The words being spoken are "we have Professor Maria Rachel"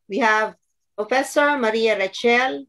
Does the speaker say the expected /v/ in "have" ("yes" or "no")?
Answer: yes